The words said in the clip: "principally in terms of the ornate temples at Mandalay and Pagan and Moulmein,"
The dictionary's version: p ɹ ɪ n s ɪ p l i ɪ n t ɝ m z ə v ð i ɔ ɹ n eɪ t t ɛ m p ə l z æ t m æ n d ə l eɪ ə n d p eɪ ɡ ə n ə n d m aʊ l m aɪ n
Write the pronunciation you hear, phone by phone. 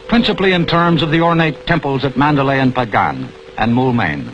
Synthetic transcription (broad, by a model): p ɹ ɪ n s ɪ p l i ɪ n t ɝ m z ə v ð i ɔ ɹ n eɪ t t ɛ m p ə l z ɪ t m æ n d ə l eɪ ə n p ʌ ɡ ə n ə n m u l m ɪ n